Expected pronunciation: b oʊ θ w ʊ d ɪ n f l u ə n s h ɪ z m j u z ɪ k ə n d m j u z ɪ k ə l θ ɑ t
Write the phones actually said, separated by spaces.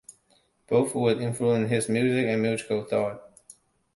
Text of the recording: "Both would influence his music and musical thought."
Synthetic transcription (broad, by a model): b oʊ θ w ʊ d ɪ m f l u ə n h ɪ z m j u z ɪ k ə n m j u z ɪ k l θ ɑ t